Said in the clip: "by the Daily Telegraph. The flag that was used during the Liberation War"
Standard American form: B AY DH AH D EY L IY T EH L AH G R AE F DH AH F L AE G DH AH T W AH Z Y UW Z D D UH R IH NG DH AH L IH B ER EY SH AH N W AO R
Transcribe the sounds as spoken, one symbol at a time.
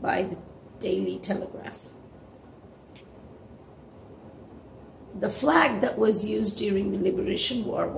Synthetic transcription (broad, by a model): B AY DH AH D EY L IY T EH L AH G R AE F DH AH F L AE G DH AH T W AH Z Y UW Z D D UH R IH NG DH AH L IH B ER EY SH AH N W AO R